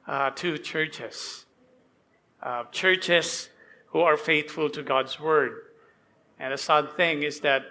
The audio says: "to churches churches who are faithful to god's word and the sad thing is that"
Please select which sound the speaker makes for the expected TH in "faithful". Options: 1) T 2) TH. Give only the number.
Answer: 2